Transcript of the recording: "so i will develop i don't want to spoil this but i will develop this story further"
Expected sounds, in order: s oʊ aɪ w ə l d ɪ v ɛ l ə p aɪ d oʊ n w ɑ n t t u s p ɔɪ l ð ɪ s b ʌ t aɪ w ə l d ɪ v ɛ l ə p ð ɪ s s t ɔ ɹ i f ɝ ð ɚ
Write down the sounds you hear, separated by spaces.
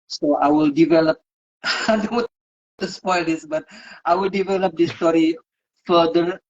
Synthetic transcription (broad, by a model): s oʊ aɪ w ə l d ɪ v ɛ l ə p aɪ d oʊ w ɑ t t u s p ɔɪ l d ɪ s b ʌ t aɪ w ə l d ɪ v ɛ l ə p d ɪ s s t ɔ ɹ i f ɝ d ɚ